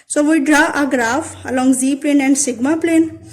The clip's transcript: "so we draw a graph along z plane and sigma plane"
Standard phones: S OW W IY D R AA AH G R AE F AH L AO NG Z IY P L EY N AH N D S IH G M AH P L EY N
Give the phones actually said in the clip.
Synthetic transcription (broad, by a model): S OW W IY D R AA AH G R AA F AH L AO NG Z IY P L EY N AH N D S IH G M AH P L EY N